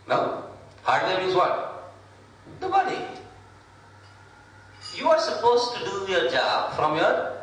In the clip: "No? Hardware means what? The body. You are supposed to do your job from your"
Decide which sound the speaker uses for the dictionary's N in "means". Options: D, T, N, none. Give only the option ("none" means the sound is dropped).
none